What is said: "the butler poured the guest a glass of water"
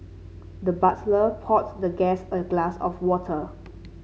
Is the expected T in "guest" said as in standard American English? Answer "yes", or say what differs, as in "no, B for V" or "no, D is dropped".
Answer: no, T is dropped